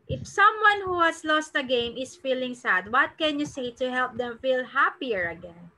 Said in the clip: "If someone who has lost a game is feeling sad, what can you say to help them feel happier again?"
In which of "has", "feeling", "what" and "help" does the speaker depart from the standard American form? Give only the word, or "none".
has